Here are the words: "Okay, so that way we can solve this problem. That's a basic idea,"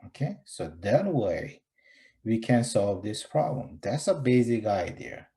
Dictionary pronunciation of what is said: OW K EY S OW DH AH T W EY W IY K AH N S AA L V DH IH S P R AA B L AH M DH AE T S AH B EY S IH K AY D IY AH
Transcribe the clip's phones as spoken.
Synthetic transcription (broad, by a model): OW K EY S OW DH AH T W EY W IY K AH N S AA L V DH IH S P R AA B L AH M DH AE T S AH B EY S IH K AY D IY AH